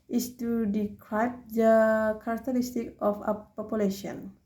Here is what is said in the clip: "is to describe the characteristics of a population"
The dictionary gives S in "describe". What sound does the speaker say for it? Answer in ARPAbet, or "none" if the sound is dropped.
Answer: none